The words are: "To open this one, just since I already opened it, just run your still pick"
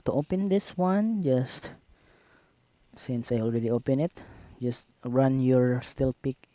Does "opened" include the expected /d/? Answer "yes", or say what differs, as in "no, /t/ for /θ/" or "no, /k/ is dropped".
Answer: no, /d/ is dropped